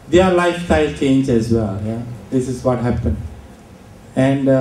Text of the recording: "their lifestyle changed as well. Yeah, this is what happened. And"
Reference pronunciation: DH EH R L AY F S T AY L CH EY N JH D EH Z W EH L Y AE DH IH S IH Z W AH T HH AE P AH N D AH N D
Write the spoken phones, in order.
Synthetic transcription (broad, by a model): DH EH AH L AY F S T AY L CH EY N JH EH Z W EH L Y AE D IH S IH Z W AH T HH AE P AH N D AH N D